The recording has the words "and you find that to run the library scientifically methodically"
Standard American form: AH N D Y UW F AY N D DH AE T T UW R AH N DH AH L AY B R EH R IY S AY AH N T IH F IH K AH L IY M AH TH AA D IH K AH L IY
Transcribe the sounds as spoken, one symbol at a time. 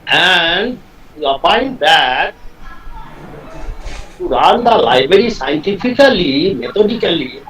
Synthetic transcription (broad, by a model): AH N D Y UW P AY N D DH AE T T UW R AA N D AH L AY B R EH R IY S AY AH N T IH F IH K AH L IY M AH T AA D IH K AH L IY